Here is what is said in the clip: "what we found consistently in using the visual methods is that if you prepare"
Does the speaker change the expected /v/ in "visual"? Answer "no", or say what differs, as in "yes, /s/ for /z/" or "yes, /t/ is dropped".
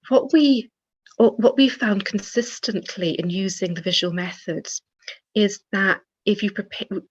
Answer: no